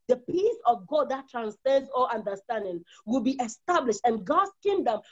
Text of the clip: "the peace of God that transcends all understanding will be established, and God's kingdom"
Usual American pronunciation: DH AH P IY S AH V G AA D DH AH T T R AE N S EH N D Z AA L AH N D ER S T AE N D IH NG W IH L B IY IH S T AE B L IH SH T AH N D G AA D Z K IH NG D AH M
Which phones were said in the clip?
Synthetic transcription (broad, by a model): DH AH P IY S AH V G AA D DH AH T T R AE N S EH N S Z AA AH N D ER S T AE N D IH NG W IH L B IY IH S T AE B L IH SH T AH N G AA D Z K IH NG D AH M